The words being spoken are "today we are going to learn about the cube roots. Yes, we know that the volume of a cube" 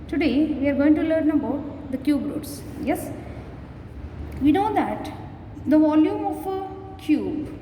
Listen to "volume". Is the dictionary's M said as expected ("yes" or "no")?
yes